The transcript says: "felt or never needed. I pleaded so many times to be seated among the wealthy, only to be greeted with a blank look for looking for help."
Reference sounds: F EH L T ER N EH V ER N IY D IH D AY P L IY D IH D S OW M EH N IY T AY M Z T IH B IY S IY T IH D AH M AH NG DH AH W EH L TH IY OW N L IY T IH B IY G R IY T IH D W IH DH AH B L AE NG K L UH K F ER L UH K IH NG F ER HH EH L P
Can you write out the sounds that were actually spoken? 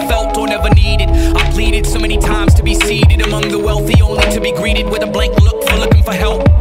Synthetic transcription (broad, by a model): F EH L T ER N EH V ER N IY D IH D AY P L IY D IH D S OW M EH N IY T AY M Z T IH B IY S IY T IH D AH M AH NG DH AH W EH L TH IY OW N IY T IH B IY G R IY T IH D W IH DH AH B L AE NG K L UH K F ER L UH K IH NG F ER HH EH L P